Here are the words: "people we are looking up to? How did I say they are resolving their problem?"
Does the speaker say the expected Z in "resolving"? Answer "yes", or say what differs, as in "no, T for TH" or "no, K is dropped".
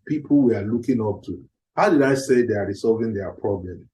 no, S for Z